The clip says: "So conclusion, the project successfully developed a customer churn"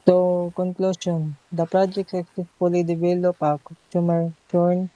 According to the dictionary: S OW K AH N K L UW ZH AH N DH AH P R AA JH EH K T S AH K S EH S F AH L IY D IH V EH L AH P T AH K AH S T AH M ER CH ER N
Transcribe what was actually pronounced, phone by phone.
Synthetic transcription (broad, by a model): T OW K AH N K L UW SH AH N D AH P R AA JH EH K T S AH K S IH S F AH L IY D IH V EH L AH P AH K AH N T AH M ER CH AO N